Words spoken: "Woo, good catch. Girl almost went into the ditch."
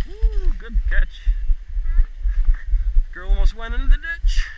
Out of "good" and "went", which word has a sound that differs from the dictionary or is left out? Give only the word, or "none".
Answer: went